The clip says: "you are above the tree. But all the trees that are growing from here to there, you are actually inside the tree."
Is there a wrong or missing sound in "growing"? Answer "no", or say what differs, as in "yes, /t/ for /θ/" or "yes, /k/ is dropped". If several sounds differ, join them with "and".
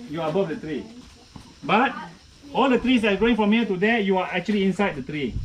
yes, /ɹ/ is dropped